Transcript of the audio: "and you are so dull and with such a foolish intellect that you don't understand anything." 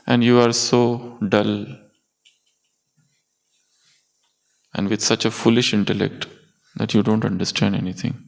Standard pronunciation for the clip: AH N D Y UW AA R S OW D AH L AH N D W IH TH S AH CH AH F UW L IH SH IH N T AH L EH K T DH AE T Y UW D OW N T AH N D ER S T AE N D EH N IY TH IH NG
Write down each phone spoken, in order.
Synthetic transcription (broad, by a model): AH N D Y UW AA R S OW D AH L AH N D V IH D S AH CH AH F UW L IH SH IH N T AH L EH K T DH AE T Y UW D OW N T AH N D ER S T AE N D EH N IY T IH NG